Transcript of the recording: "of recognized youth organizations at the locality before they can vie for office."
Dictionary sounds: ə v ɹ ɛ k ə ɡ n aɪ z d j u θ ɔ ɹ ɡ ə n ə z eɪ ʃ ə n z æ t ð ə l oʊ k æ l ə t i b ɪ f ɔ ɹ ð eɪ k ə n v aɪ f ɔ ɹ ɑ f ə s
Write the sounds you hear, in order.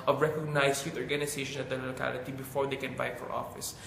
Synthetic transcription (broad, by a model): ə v ɹ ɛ k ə ɡ n aɪ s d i t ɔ ɹ ɡ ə n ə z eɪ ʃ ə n ʌ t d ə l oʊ k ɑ l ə t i b ɪ f ɔ ɹ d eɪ k ə n b aɪ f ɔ ɹ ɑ f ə s